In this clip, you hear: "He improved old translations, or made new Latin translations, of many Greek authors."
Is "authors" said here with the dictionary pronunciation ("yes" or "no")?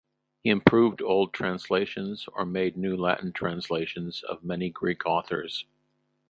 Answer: yes